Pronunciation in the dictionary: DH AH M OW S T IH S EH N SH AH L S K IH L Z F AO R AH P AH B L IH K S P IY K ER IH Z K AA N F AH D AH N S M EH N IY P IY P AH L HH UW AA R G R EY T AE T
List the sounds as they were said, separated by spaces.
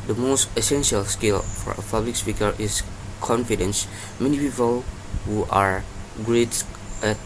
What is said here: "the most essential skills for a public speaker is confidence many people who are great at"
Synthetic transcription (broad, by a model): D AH M OW S T IH S EH N SH AH L S K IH L F AO R AH P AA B L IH K S P IY K ER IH S K AA N F AH D AH N S M EH N IY P IY P AH L HH UW AA R G R EY T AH